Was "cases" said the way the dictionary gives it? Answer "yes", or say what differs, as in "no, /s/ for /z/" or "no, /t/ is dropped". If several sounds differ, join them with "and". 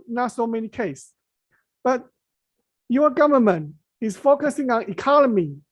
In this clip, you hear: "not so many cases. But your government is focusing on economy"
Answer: no, /s/ is dropped and /s/ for /z/